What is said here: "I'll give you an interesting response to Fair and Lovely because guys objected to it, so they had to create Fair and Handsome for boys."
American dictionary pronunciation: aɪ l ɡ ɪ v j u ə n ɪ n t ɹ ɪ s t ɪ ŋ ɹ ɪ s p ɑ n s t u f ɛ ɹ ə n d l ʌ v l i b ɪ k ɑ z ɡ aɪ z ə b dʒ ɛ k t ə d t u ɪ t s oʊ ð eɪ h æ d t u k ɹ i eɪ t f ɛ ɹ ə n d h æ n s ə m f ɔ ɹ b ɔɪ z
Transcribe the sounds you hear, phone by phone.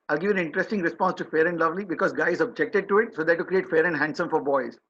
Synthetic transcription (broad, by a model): aɪ l ɡ ɪ v ə n ɪ n t ɹ ɪ s t ɪ ŋ ɹ ɪ s p ɑ n s t u f ɛ ɹ ə n d l ʌ v l i b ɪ k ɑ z ɡ aɪ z ə b dʒ ɛ k t ə d t u ɪ t s oʊ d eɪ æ t u k ɹ i eɪ t f ɛ ɹ ə n d h æ n s ə m f ɔ ɹ b ɔɪ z